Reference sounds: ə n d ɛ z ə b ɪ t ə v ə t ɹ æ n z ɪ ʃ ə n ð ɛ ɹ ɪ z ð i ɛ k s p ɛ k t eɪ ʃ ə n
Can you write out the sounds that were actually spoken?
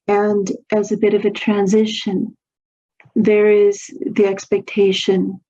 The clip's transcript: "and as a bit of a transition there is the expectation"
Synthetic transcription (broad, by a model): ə n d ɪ z ə b ɪ t ə v ə t ɹ æ n z ɪ ʃ ə n ð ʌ ɹ ɪ z ð i ɛ k s p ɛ k t eɪ ʃ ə n